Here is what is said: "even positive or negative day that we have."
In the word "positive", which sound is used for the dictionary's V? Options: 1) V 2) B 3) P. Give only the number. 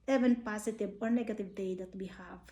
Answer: 2